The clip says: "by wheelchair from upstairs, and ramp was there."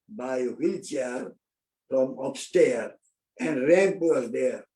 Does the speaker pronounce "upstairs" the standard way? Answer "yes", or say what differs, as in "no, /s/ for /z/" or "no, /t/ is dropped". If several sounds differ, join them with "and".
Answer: no, /z/ is dropped